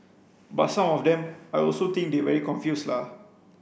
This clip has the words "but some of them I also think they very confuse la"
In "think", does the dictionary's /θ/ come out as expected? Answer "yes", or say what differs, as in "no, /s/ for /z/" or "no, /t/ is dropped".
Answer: no, /t/ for /θ/